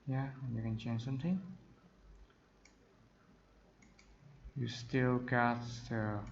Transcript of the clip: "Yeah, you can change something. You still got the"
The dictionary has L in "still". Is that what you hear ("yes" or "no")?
yes